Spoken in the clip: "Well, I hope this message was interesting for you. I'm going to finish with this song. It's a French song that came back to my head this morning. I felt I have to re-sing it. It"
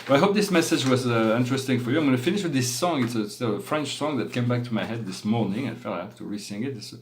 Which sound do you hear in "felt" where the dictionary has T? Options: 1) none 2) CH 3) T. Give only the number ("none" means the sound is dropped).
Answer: 1